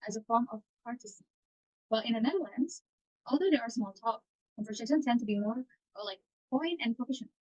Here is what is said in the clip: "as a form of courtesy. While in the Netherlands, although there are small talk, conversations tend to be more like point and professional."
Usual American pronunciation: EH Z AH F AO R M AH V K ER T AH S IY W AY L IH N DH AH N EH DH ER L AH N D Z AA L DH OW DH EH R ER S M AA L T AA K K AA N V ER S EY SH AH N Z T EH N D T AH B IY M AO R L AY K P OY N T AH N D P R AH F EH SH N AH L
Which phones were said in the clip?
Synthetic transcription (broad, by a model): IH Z AH F AO R M AH V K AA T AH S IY W AY L IH N DH AH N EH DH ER L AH N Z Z AA L DH OW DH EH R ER S M AA L T AA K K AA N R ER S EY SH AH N T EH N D T AH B IY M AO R L AY K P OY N AH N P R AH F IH SH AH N